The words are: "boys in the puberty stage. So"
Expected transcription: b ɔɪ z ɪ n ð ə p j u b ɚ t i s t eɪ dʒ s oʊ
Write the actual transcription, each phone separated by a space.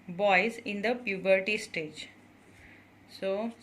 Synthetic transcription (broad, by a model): b ɔɪ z ɪ n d ə p j u b ɚ t i s t eɪ dʒ s oʊ